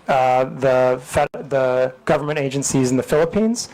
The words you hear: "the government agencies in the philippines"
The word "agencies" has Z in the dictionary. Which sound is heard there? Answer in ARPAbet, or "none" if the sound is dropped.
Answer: Z